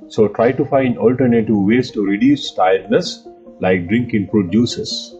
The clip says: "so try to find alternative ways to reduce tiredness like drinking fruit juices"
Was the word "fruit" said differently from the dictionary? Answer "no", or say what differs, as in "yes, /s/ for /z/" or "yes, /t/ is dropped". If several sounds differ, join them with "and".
yes, /p/ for /f/